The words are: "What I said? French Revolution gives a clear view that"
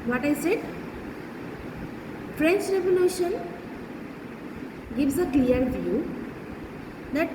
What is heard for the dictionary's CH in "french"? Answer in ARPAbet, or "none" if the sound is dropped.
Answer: CH